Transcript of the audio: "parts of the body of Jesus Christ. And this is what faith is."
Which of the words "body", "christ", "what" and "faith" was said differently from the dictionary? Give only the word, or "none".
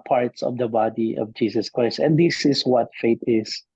faith